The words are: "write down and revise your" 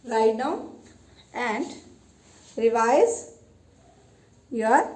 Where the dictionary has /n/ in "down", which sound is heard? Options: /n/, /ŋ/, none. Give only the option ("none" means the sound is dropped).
none